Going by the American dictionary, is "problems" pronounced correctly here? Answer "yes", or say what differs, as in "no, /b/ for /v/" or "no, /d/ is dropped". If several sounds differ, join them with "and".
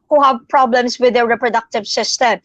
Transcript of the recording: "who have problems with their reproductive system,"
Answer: no, /s/ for /z/